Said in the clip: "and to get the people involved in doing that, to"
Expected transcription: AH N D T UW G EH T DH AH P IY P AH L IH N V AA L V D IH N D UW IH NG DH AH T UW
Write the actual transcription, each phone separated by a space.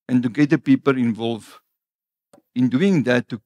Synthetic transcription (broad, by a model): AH N T UW G EH T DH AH P IY P AH L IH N V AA L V IH N D UW IH NG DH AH T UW